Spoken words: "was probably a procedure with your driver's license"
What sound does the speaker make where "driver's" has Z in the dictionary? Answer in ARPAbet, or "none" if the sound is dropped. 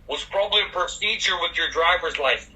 Z